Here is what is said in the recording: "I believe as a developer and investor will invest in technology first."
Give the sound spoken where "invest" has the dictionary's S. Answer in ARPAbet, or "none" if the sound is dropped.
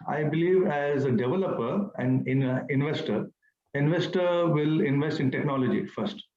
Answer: S